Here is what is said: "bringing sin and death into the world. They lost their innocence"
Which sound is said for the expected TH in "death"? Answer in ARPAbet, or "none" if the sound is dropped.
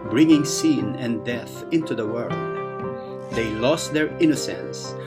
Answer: TH